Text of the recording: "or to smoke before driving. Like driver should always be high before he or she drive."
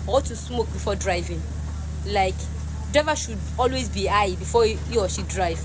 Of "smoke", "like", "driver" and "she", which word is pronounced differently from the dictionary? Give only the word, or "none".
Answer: driver